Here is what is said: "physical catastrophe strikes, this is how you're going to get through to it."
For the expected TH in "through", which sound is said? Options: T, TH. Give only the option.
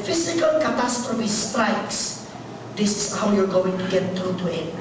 T